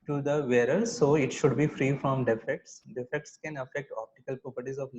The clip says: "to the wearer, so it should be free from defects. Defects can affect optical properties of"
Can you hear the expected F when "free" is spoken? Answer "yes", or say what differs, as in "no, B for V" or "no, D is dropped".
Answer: yes